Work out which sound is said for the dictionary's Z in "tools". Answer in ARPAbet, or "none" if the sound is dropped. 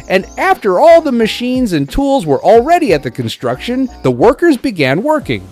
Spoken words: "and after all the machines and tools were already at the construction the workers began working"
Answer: Z